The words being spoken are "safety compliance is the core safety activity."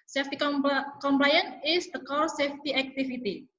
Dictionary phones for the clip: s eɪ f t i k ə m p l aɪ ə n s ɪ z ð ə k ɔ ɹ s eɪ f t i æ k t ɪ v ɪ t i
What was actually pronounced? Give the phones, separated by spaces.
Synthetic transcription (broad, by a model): s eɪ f t i k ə m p l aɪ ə n ɪ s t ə k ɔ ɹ s eɪ f t i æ k t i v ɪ t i